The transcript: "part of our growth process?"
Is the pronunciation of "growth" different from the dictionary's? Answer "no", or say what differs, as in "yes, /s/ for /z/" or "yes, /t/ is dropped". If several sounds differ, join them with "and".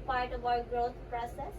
yes, /t/ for /θ/